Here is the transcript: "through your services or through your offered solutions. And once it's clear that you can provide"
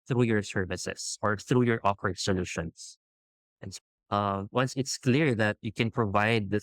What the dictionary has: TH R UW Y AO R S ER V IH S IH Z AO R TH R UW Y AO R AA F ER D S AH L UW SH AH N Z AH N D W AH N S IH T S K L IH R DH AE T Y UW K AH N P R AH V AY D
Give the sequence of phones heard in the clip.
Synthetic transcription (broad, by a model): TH R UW Y AO R S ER V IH S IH S AO R TH R UW Y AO R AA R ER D S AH L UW SH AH N S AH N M W AH N S IH T S K L IH R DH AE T Y UW K AH N P R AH V AY D